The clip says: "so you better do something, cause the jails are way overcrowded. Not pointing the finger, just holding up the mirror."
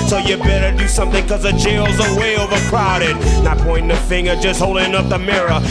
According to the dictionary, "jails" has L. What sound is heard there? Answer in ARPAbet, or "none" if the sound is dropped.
L